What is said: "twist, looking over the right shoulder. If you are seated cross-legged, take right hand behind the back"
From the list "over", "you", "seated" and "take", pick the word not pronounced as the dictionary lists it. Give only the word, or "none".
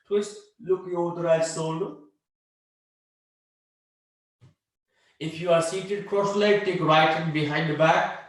over